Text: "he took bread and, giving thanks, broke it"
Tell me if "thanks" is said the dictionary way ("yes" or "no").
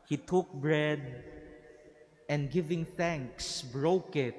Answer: yes